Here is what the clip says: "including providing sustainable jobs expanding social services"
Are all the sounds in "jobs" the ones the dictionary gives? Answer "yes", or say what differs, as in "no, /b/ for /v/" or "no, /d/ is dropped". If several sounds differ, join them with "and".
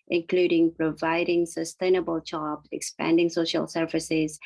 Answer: no, /tʃ/ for /dʒ/ and /z/ is dropped